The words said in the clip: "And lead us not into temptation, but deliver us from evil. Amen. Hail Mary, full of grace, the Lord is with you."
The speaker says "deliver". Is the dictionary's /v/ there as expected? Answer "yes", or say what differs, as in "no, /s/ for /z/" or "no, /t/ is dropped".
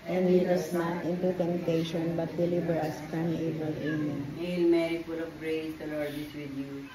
no, /b/ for /v/